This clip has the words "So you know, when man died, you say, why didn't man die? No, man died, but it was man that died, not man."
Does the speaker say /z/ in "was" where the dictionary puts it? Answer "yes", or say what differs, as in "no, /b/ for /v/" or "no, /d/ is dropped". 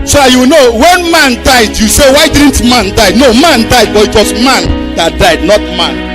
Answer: no, /s/ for /z/